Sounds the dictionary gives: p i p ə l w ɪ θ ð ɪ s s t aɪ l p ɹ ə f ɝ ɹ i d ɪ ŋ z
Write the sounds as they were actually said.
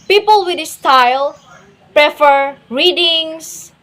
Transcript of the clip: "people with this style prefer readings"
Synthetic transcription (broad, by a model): p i p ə l w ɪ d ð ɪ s s t aɪ l p ɹ ə f ɝ ɹ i d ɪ ŋ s